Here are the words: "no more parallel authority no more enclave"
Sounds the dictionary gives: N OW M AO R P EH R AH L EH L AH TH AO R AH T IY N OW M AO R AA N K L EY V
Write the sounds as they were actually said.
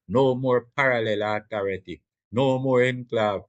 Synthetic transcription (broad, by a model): N OW M AO R P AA R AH L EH L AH T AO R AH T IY N OW M AO R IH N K L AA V